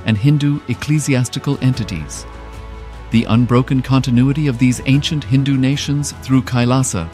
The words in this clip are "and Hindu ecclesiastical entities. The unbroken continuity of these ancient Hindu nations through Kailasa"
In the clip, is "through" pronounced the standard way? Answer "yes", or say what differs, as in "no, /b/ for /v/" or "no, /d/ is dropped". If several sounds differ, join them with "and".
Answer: yes